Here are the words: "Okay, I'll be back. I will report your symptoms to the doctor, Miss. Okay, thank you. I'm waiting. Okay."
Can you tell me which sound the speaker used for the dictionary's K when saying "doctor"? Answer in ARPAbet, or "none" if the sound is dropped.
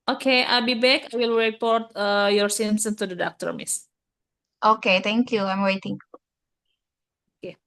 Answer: K